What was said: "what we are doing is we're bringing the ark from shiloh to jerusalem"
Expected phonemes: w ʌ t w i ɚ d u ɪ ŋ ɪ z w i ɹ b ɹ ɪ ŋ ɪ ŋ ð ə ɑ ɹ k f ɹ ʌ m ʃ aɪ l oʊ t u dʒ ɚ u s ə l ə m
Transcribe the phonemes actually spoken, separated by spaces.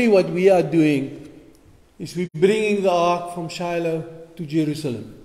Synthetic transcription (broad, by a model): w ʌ t w i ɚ d u ɪ ŋ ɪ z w i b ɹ ɹ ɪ ŋ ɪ ŋ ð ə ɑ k f ɹ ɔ m ʃ aɪ l oʊ t u dʒ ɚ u s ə l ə m